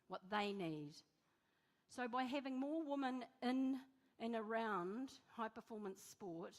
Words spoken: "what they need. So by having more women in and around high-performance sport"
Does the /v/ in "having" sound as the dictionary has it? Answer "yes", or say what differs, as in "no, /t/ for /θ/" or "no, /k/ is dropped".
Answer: yes